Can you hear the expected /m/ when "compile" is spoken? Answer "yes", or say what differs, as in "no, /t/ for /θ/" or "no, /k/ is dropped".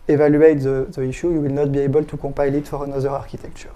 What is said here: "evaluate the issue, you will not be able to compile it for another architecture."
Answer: no, /m/ is dropped